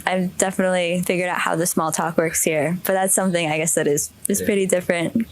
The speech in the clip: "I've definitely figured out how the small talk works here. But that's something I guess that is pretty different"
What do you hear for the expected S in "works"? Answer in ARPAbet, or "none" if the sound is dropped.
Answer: S